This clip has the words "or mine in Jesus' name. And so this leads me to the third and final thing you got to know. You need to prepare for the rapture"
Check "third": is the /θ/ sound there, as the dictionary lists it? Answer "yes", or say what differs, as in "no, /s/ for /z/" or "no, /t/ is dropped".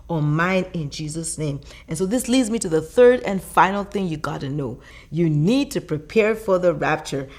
yes